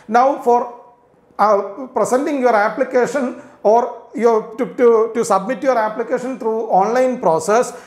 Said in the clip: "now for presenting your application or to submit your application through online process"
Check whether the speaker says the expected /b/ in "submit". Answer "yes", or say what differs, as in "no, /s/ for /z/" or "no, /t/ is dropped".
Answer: yes